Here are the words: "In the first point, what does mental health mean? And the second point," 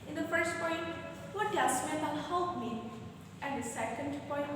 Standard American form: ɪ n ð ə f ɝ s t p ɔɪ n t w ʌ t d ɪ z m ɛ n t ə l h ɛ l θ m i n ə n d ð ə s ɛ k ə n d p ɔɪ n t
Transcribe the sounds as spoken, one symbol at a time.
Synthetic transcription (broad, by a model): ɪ n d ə f ɝ s t p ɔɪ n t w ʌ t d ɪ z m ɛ t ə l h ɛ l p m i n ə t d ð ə s ɛ k ə n d p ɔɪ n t